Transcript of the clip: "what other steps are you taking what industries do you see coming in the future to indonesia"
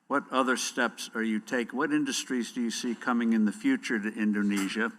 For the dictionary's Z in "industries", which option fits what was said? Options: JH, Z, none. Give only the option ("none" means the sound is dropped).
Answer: Z